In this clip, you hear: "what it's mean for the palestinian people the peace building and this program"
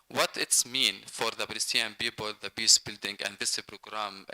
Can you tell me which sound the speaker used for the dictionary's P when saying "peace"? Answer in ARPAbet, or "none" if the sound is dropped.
B